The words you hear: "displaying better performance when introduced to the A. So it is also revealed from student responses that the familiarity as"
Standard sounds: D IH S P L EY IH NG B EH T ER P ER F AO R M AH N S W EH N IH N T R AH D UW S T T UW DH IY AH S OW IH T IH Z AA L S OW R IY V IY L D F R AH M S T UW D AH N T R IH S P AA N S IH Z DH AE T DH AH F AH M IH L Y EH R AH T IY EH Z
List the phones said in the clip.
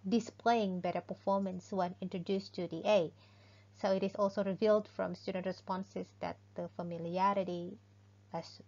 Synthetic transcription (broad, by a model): D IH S P L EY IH NG B EH T ER P ER F AO R M AH N S W EH N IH N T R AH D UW S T T UW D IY AH S OW IH T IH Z AA L S OW R IY V IY L D F R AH M S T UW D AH N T R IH S P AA N S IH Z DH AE T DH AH F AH M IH L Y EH R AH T IY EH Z